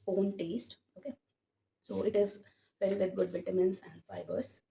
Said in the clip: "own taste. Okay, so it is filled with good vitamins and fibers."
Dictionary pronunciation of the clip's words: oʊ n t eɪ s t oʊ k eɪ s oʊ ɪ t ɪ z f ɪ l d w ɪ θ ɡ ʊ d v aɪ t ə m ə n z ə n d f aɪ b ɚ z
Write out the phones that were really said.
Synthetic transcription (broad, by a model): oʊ n t eɪ s t oʊ k eɪ s oʊ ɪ t ɪ z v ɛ d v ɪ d ɡ ʊ d v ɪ t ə m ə n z ə n d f aɪ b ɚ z